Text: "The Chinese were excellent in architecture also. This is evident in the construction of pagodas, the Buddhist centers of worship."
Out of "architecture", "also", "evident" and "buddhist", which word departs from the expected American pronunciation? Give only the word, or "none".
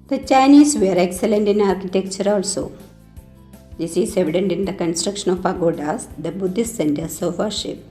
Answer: none